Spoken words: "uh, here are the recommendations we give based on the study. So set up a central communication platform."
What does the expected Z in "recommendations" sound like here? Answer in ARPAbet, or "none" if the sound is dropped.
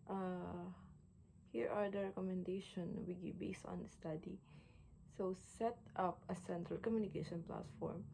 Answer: none